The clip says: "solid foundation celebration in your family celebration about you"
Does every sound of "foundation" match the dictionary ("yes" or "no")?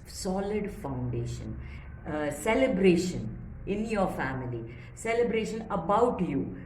yes